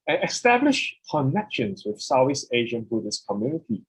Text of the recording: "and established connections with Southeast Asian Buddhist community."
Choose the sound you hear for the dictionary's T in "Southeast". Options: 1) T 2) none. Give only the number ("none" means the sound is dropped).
2